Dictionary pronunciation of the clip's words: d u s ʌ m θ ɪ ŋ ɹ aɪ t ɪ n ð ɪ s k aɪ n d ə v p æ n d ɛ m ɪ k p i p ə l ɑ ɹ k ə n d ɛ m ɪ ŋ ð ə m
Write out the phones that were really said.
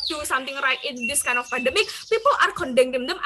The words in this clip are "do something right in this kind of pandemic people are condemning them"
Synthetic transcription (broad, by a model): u s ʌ m t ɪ ŋ ɹ aɪ t ɪ n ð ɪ s k aɪ n ə f p æ n d ɛ m ɪ k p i p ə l ɑ ɹ k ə n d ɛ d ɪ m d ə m